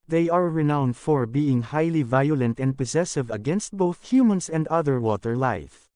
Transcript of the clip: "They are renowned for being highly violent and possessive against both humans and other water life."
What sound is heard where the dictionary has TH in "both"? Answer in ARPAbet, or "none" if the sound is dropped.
TH